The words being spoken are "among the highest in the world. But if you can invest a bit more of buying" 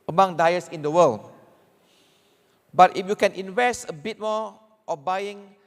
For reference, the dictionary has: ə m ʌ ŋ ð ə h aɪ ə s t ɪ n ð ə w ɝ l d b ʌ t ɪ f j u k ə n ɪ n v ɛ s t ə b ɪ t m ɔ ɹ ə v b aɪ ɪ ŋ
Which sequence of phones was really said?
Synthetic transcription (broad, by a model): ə m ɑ ŋ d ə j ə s ɪ n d ə w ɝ l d b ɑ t ɪ f j u k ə n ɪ n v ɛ s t ə b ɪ t m ɔ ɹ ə b aɪ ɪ ŋ